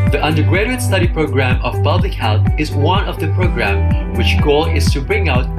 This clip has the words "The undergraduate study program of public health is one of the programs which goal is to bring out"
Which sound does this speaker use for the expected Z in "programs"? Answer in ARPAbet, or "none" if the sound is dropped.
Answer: none